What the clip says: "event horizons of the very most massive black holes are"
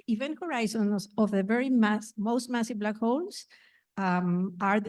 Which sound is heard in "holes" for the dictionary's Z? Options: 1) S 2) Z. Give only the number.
1